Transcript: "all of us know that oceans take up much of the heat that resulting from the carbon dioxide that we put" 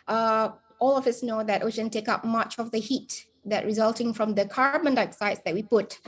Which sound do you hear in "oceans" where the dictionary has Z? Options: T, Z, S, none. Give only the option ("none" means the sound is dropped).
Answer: none